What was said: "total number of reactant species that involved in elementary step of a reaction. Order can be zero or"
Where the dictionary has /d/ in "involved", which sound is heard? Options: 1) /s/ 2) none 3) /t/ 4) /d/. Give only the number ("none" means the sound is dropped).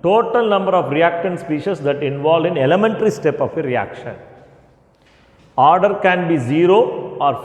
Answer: 2